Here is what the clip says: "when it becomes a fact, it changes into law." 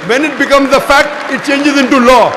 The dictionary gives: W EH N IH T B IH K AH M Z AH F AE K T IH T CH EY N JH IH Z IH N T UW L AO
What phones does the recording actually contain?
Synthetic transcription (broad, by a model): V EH N IH T B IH K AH M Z AH F AE K T IH T CH EY N JH IH Z IH N T UW L AO